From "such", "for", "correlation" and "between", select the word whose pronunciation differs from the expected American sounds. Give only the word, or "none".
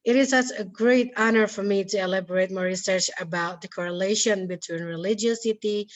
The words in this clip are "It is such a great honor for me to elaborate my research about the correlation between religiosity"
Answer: such